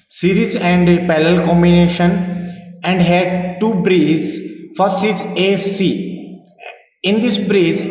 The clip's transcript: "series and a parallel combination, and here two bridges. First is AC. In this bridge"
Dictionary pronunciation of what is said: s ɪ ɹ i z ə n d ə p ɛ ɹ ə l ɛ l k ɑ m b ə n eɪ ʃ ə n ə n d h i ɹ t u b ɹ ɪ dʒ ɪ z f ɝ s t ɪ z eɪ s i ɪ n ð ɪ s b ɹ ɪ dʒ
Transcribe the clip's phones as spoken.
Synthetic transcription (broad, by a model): s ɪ ɹ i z ə n d p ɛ l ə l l k ɑ m b ə n eɪ ʃ ə n ə n d h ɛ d t u b ɹ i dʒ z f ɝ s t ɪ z eɪ s i ɪ n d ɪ s b ɹ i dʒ